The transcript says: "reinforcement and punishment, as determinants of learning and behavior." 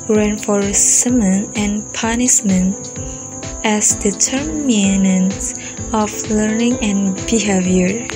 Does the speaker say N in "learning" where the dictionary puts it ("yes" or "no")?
yes